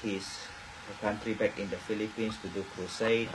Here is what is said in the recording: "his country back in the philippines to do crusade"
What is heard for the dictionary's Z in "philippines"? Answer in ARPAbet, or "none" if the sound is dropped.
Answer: S